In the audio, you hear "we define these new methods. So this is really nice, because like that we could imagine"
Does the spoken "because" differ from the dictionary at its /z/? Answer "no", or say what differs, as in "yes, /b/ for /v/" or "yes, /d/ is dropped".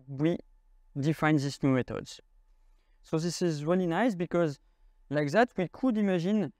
no